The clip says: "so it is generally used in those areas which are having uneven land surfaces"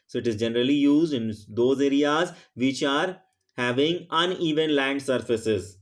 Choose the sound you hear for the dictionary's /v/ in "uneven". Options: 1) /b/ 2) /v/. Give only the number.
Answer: 2